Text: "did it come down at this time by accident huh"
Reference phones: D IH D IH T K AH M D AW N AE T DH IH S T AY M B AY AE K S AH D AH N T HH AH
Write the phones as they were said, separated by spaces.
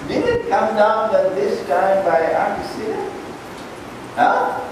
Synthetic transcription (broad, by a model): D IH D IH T K AH M D AW N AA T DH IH S T AY M B AY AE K AH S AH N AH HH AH